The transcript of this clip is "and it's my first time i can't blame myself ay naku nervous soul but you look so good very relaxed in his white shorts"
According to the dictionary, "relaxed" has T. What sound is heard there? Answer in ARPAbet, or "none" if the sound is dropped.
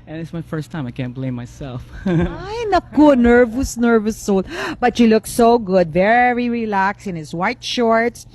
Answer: none